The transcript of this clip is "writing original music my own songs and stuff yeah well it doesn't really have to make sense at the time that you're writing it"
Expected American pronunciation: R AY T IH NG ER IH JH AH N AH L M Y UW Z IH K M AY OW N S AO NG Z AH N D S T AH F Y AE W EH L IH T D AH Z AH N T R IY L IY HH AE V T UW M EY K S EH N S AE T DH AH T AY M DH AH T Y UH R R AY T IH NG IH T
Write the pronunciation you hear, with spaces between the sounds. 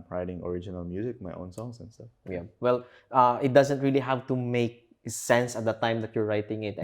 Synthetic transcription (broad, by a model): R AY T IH NG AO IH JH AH N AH L M Y UW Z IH K M AY OW N S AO NG S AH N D S T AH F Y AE W EH L IH T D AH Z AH N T R IY L IY HH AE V T UW M EY K S EH N S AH T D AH T AY M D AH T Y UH R R AY T IH NG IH T